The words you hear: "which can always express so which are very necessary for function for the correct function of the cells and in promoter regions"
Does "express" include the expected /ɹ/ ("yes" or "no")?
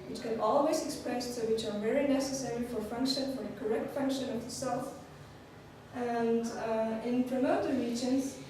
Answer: no